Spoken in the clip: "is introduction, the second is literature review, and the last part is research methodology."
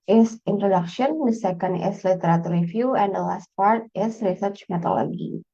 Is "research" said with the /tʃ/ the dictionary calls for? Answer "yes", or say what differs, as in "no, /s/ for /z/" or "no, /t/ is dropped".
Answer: yes